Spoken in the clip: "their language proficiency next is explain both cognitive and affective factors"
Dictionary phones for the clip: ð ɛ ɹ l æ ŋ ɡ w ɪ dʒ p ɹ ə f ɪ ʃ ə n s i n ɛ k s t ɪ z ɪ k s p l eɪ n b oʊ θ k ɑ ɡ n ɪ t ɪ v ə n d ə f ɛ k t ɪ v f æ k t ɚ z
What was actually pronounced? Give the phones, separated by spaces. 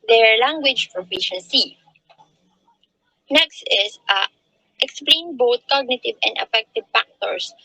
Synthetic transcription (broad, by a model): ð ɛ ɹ l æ ŋ ɡ w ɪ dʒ f ɹ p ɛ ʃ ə n s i n ɛ k s t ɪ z ɪ k s p l eɪ n b oʊ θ k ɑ ɡ n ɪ t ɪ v ə n d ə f ɛ k t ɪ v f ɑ k t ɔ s